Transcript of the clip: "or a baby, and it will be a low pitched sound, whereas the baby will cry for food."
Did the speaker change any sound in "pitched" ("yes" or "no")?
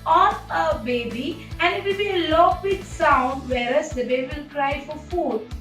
yes